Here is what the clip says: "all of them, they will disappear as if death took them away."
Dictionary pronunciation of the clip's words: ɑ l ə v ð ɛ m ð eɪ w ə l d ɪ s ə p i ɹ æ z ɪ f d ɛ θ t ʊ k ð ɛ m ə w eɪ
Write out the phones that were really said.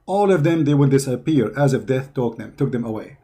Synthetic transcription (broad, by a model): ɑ l ə v ð ɛ m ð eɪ w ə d d ɪ s ə p i ɹ æ z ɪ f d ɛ θ t ʊ k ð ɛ m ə w eɪ